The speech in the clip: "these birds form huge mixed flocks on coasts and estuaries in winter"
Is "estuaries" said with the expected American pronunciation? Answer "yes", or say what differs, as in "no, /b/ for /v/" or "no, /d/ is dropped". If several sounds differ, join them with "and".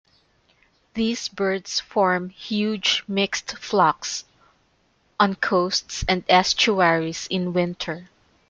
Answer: no, /s/ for /z/